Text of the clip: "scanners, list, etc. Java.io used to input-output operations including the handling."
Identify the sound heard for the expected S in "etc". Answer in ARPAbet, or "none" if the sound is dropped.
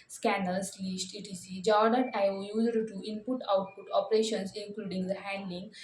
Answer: none